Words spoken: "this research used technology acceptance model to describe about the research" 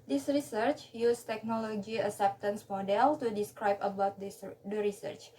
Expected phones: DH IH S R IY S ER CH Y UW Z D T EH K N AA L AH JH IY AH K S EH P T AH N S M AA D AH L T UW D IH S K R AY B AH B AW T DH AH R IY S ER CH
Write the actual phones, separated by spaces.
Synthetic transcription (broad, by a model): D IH S R IY S ER CH Y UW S T EH K N AA L AH JH IY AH S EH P T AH N S M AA D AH L T UW D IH S K R AY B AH B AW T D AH R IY S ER CH